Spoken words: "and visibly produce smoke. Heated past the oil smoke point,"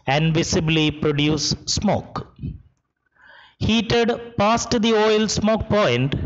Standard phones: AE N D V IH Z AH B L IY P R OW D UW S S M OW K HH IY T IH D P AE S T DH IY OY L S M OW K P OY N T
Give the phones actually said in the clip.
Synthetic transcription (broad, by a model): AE N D V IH S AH B L IY P R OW D UW S S M OW K HH IY T IH D P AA S T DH IY OY L S M OW K P OY N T